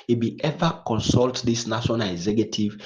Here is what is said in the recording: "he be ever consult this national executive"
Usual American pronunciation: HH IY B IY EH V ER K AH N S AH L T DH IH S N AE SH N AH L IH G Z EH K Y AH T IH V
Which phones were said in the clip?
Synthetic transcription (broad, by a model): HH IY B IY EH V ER K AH N S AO L T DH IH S N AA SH AH N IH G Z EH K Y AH T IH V